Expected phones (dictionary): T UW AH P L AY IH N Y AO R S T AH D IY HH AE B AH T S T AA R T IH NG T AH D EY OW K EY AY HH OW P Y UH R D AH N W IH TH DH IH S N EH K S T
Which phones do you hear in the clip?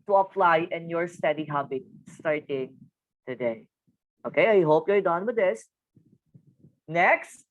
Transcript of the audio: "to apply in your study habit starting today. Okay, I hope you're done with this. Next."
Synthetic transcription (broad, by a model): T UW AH F L AY IH N Y AO R S T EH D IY HH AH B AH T S T AA R T IH NG T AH D EY OW K EY AY HH OW P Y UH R D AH N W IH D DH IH S N EH K S T